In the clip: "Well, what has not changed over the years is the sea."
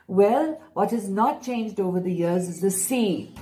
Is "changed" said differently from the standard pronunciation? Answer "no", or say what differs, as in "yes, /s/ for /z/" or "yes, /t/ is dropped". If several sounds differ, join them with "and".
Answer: no